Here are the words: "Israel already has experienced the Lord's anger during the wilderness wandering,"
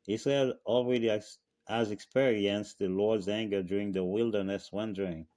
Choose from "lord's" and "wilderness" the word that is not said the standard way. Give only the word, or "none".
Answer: none